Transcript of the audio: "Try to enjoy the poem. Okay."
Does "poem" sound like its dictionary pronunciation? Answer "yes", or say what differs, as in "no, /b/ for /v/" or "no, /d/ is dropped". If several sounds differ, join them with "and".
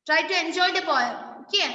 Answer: no, /b/ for /p/ and /m/ is dropped